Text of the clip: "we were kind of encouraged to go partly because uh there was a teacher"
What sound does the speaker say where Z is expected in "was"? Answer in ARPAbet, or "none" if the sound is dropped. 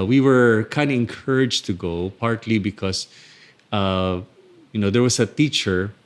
S